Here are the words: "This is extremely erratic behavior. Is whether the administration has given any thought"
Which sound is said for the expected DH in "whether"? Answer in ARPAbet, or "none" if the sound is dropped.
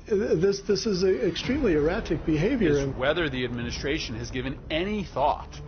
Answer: DH